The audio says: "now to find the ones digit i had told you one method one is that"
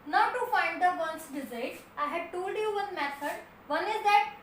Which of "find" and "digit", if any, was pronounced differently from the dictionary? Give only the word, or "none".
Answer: digit